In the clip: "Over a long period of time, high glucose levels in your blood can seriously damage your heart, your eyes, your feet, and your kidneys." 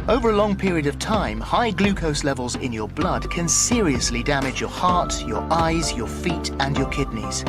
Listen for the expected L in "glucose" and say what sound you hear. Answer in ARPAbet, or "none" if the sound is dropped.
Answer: L